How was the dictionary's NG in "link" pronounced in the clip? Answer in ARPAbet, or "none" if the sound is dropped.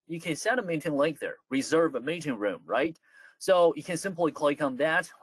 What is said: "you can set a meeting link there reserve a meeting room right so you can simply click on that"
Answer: none